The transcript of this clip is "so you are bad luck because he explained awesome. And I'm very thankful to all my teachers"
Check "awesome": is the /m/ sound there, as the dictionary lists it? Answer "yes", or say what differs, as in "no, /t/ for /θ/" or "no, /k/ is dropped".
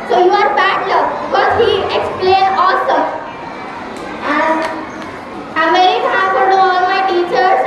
no, /m/ is dropped